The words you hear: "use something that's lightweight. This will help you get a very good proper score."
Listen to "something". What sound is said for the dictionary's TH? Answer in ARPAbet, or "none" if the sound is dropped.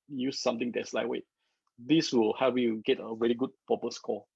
T